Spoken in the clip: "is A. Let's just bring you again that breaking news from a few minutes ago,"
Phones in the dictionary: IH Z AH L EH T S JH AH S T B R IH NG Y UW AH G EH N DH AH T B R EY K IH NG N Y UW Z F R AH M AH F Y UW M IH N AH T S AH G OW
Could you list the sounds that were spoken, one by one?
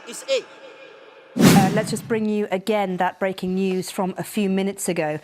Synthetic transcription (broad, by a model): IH AH L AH T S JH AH S B R IH NG Y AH AH G EH N DH AH T B R EY K IH NG N Y UW Z F R AH M AH F Y UW M IH N AH T S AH G OW